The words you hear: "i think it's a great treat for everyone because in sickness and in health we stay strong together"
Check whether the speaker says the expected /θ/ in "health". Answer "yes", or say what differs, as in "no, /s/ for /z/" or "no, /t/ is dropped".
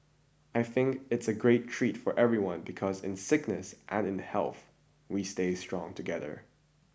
yes